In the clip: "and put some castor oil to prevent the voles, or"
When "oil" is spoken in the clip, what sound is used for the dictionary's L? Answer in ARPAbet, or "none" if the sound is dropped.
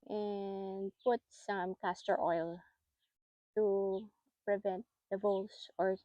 L